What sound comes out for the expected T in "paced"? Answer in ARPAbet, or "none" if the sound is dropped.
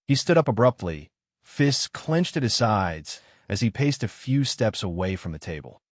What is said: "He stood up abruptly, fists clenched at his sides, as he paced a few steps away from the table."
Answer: T